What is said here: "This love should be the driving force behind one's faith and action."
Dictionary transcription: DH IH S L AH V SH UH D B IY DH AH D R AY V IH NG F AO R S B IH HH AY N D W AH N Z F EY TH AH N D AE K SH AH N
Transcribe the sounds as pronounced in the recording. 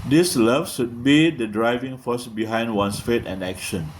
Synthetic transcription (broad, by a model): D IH S L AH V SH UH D B IY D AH D R AY V IH NG F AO S B IH HH AY N D W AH N S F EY T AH N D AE K SH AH N